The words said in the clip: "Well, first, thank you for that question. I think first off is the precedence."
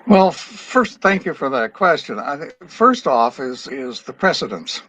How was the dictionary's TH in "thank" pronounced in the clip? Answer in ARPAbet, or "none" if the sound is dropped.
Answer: TH